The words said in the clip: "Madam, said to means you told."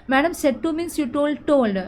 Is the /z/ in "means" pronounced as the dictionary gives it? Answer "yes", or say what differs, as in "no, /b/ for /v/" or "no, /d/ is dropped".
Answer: no, /s/ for /z/